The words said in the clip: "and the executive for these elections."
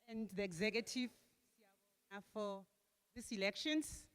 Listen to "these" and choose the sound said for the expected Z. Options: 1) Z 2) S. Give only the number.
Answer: 2